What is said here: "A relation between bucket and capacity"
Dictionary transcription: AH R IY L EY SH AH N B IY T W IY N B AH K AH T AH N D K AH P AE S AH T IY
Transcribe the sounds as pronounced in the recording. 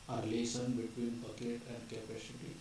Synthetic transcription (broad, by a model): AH R L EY S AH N B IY T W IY N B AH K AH T AH N D K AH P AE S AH T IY